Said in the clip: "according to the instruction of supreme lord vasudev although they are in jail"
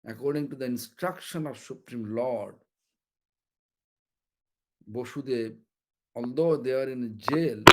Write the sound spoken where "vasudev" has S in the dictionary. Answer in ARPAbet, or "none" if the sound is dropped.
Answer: SH